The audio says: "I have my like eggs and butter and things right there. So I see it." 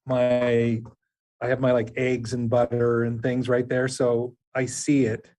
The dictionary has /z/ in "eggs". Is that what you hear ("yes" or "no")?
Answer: yes